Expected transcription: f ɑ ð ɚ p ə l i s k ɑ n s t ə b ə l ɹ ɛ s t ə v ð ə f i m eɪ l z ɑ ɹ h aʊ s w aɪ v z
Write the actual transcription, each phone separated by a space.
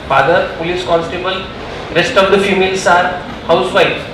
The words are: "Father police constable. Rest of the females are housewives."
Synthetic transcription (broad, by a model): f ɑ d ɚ p ə l i s k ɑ n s t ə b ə l ɹ ɛ s t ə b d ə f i m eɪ l s ɑ ɹ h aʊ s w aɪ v